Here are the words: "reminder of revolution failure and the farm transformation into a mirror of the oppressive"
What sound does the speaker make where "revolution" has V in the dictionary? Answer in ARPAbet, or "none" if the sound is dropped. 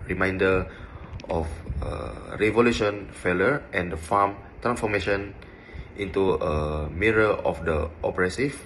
V